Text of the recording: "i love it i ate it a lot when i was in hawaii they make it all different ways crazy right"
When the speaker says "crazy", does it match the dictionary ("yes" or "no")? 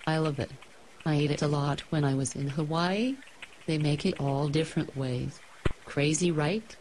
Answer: yes